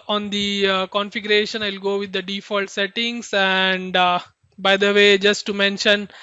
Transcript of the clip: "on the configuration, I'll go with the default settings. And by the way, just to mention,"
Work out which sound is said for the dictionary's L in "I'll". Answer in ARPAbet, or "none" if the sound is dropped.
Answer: L